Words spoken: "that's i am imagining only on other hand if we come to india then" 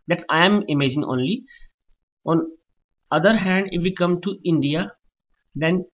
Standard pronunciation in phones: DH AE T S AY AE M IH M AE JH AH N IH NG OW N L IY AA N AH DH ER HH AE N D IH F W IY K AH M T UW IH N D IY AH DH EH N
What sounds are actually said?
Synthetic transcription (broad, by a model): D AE T S AY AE M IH M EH JH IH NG OW N L IY AA N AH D ER HH AE N D IH F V IY K AH M T UW IH N D IY AH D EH N